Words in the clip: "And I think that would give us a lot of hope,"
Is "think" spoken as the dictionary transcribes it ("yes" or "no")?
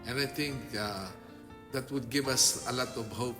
no